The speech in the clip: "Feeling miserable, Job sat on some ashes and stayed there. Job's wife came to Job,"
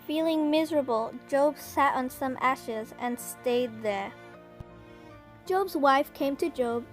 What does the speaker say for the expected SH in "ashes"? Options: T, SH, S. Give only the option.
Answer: SH